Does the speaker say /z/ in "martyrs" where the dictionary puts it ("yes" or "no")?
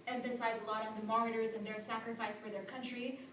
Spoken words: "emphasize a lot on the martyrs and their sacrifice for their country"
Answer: yes